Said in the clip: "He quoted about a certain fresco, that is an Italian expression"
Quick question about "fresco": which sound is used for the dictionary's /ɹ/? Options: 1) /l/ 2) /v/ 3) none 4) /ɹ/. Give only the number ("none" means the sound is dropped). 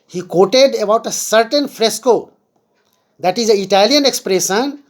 4